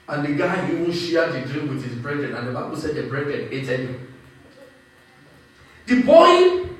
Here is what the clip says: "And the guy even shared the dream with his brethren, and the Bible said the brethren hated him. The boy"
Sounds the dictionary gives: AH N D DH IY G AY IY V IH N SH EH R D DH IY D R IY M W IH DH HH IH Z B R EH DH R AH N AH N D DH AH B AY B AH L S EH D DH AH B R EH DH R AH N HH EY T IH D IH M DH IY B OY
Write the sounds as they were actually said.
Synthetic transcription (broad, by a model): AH N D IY G AY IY W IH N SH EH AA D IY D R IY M W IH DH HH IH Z B R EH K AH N AH N D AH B AY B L S EH D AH B R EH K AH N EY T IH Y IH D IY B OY